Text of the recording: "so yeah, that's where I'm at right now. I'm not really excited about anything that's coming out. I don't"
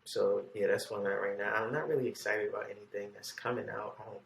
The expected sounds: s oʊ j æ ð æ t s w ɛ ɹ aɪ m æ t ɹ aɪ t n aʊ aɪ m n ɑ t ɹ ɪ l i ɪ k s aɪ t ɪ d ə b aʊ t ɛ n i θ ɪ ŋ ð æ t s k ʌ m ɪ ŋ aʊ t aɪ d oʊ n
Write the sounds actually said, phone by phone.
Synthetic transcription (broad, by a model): s oʊ j æ ð æ t s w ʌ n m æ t ɹ aɪ t n aʊ aɪ m n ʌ t ɹ ɪ l i ɪ k s aɪ t ɪ d ə b aʊ t ɛ n i θ ɪ ŋ ð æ t s k ʌ m ɪ ŋ aʊ t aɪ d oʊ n